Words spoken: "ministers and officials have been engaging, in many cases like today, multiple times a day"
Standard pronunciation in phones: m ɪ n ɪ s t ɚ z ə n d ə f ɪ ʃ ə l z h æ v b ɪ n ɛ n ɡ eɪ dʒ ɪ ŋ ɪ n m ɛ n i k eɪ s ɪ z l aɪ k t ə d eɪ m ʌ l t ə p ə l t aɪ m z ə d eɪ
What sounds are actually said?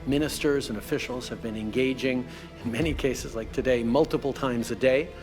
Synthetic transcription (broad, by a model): m ɪ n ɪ s t ɚ z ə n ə f ɪ ʃ l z h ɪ v b ɪ n ɛ n ɡ eɪ dʒ ɪ ŋ ɪ n m ɛ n i k eɪ s ɪ z l aɪ k t ə d eɪ m ʌ l t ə p l t aɪ m z ə d eɪ